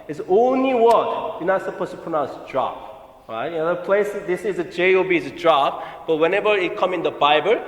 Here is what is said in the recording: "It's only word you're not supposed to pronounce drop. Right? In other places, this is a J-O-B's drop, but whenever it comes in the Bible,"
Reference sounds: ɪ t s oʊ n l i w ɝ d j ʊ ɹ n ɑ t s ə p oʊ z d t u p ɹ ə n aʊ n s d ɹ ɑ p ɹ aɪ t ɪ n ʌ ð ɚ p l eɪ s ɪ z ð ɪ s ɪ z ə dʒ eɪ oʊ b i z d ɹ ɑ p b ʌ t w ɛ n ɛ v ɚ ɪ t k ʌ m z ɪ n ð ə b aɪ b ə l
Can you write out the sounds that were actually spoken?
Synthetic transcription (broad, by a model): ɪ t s oʊ n l i w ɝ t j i n ɑ t s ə p oʊ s t u p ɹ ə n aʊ s d ɹ ɑ p ɹ aɪ t ɪ n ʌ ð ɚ p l eɪ s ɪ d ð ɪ s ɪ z ə dʒ eɪ oʊ b i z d ɹ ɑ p b ʌ t w ɛ n ɛ v ɚ ɪ t k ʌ m ɪ n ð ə b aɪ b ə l